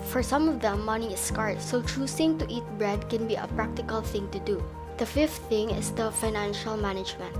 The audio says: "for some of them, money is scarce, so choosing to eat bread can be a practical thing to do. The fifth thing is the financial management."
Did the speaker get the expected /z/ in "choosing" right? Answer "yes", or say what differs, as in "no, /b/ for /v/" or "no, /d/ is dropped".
no, /s/ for /z/